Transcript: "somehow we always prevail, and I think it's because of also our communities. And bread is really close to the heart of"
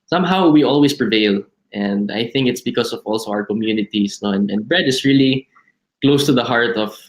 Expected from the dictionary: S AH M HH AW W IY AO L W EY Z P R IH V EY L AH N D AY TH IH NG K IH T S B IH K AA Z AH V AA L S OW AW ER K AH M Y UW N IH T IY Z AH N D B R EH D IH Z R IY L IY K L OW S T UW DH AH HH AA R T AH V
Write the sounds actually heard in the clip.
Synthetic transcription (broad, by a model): S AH M HH AW W IY AO L W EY S P R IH V EY L AH N D AY TH IH NG K IH T S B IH K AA S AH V AA L S OW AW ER K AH M Y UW N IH T IY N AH N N B R EH D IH S R IY L IY K L OW S T UW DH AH HH AA R T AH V